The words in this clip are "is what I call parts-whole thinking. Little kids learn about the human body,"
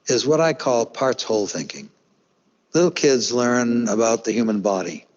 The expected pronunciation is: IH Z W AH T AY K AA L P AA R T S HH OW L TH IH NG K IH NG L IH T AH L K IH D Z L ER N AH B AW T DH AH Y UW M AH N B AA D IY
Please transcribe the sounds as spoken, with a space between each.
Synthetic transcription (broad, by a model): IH Z W AH T AY K AA L P AA R T S HH OW L TH IH NG K IH NG L IH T L K IH D Z L ER N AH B AW T DH AH Y UW M AH N B AA D IY